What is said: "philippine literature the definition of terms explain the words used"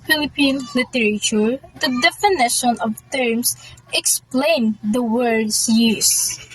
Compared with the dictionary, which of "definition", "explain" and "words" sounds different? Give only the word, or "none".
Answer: words